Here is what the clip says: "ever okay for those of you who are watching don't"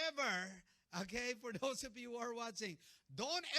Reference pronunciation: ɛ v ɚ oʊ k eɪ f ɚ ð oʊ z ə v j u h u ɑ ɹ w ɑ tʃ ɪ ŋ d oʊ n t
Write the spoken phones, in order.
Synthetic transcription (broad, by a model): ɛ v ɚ oʊ k eɪ f ɚ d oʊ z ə p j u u ɑ ɹ w ɑ tʃ ɪ ŋ d oʊ n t